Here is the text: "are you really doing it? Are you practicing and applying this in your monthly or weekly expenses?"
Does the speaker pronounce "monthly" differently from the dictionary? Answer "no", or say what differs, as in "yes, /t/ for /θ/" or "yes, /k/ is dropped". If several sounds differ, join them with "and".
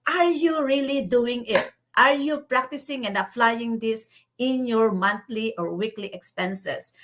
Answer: yes, /t/ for /θ/